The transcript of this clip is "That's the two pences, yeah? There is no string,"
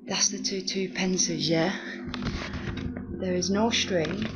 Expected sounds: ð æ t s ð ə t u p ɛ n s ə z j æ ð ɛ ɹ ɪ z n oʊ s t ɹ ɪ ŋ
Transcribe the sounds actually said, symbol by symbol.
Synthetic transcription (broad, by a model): ð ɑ t s ð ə t u p ɛ n s ə z j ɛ ð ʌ ɹ ɪ z n oʊ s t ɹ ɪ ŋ